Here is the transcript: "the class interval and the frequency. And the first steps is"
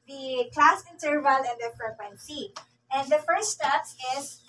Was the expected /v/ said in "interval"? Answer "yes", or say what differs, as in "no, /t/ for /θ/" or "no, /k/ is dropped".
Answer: yes